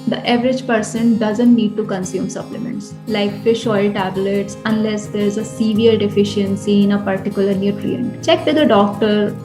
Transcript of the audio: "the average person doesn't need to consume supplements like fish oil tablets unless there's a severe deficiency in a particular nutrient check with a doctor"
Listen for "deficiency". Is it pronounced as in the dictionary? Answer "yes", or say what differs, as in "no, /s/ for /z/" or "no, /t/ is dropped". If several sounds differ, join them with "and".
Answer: yes